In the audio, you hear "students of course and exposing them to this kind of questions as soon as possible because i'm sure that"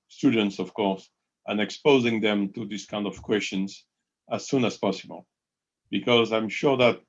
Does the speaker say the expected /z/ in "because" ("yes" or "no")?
yes